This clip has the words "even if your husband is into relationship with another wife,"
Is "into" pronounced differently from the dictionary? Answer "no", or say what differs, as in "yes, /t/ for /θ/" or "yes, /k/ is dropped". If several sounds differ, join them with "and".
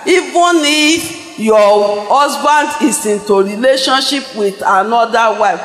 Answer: no